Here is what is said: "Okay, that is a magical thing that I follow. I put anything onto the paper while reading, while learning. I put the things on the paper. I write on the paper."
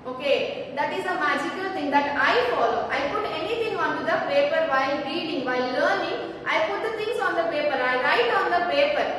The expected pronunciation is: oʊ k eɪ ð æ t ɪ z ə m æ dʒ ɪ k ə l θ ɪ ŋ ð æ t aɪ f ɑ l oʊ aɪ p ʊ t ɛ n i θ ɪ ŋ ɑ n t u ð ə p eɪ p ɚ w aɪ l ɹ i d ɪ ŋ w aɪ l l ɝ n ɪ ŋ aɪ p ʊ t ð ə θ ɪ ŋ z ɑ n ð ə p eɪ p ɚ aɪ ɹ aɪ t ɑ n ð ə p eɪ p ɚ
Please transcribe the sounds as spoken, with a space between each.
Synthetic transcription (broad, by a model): oʊ k eɪ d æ t ɪ z ə m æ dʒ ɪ k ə l t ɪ ŋ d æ t aɪ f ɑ l oʊ aɪ p ʊ t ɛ n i t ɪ ŋ ɑ n t u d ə p eɪ p ɚ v aɪ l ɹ i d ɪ ŋ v aɪ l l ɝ n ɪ ŋ aɪ p ʊ t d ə t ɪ ŋ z ɑ n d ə p eɪ p ɚ aɪ ɹ aɪ t ɑ n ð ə p eɪ p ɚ